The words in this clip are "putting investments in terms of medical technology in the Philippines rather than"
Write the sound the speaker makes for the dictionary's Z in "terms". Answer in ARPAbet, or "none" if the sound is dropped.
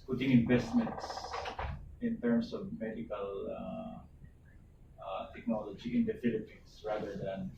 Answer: S